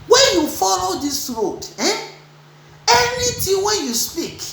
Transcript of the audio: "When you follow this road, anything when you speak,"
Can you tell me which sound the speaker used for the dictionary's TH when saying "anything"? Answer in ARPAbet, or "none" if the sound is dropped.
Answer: T